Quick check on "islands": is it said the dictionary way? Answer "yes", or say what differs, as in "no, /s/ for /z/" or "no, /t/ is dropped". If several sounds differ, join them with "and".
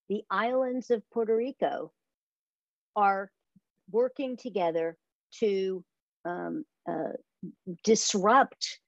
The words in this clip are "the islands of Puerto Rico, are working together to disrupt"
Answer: yes